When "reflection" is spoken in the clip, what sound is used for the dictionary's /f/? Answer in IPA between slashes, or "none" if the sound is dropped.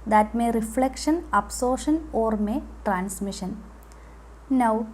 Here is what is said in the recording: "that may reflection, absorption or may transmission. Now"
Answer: /f/